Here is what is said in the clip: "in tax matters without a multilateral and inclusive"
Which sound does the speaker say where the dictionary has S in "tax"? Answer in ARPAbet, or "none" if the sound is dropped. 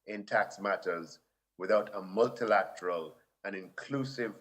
S